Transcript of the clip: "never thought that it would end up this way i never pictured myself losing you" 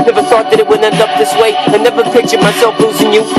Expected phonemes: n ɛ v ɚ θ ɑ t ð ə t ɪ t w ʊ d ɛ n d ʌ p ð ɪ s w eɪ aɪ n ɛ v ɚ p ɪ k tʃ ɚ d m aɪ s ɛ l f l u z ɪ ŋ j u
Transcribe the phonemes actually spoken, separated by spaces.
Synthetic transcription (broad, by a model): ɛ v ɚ θ ɑ t ð ə t ɪ t w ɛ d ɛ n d ʌ p ð ɪ s w eɪ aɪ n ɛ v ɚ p ɪ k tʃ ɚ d m aɪ s ɛ l f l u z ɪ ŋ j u